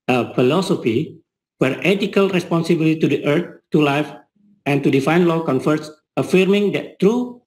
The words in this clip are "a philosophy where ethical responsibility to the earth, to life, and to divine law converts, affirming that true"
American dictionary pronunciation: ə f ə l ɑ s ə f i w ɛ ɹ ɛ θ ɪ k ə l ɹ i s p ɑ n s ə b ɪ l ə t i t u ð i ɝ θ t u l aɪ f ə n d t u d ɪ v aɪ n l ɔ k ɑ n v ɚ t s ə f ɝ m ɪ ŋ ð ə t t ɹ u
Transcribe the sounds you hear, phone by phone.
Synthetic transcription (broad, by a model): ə f ə l ɑ s ə f i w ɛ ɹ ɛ t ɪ k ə l ɹ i s p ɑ n s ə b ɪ l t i t u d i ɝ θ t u l aɪ f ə n t u d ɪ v aɪ n l ɔ k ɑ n f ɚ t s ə f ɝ m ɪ ŋ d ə t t ɹ u